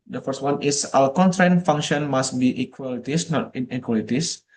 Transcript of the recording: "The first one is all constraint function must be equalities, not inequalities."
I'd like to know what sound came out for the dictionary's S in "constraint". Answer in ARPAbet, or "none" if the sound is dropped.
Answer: none